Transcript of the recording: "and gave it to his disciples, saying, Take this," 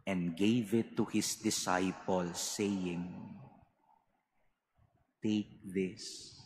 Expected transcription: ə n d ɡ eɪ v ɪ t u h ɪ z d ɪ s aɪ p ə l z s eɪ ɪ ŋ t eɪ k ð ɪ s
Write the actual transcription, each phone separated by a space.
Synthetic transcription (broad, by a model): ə n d ɡ eɪ v ɪ t u h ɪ s d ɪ s aɪ p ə l s eɪ ɪ ŋ t eɪ k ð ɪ s